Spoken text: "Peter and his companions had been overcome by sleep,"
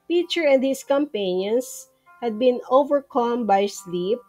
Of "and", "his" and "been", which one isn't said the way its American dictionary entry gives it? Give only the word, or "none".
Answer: his